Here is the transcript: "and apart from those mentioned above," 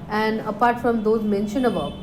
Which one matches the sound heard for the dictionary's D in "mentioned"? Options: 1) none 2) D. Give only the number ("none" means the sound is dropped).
1